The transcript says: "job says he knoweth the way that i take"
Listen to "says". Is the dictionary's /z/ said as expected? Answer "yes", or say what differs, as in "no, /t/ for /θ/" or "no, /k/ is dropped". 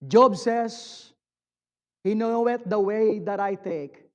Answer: no, /s/ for /z/